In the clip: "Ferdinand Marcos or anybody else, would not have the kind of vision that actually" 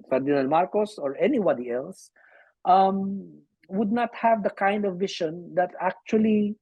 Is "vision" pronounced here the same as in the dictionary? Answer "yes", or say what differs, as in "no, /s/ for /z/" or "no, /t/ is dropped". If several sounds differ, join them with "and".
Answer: no, /ʃ/ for /ʒ/